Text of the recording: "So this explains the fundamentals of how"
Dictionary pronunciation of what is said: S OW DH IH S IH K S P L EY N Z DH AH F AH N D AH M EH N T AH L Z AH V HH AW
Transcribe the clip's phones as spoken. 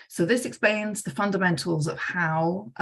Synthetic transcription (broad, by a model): S OW DH IH S IH K S P L EY N Z DH AH F AH N D AH M EH N T AH L Z AH V HH AW